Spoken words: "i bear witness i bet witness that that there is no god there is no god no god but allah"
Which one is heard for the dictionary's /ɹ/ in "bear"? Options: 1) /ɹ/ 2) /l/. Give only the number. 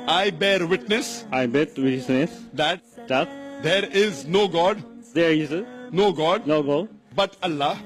1